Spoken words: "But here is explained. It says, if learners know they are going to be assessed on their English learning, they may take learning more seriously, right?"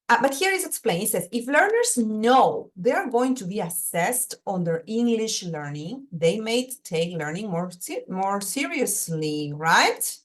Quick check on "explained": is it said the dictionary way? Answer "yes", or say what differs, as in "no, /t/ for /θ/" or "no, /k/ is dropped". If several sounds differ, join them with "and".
no, /d/ is dropped